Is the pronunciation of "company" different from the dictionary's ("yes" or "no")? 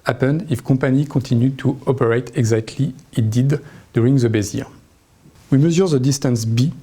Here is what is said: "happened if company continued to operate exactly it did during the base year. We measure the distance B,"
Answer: yes